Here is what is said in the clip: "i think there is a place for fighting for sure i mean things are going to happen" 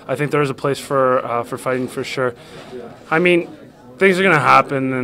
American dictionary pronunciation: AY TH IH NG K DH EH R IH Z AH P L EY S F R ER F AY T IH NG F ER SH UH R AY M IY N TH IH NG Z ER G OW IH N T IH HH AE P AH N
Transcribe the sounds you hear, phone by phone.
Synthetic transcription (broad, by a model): AY TH IH NG K DH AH R IH Z AH P L EY S F R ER F AY T IH NG F ER SH UH R AY M IY N TH IH NG Z ER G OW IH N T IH HH AE P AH N